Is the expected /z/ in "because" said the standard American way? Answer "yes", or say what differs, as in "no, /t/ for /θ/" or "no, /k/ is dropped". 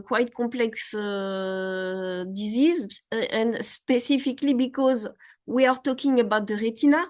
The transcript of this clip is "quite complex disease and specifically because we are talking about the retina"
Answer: yes